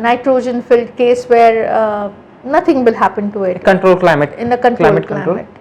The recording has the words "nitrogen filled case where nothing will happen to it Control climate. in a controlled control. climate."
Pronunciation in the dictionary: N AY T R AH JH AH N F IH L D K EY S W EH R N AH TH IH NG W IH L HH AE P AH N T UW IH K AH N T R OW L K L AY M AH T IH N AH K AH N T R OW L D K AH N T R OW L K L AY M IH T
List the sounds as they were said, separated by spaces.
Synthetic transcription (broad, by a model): N AY T R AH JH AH N F IH L D K EY S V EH R N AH T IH NG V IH L HH AE P AH N T UW IH K AH N T R OW L K L AY M AH T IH N AH K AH N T L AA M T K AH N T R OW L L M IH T